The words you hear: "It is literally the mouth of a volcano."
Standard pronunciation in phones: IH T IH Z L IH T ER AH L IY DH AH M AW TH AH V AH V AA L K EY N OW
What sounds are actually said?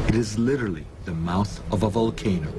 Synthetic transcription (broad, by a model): IH T IH Z L IH T ER L IY DH AH M AW TH AH V AH V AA L K EY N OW